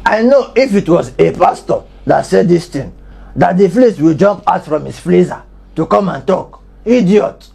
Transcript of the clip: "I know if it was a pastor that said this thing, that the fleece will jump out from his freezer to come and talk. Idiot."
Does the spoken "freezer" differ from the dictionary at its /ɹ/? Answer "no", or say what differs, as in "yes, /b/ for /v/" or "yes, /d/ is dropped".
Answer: yes, /l/ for /ɹ/